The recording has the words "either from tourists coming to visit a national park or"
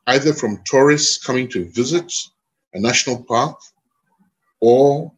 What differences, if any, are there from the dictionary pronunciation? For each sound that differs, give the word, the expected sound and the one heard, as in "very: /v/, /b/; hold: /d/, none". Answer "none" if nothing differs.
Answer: none